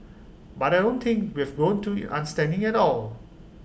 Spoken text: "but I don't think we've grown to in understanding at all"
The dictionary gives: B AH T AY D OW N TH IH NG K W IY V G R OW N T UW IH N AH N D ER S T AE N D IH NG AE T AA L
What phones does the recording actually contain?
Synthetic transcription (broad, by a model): B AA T AY D OW N T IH NG K W IY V G OW N T UW IH N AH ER S T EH N D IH NG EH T AA L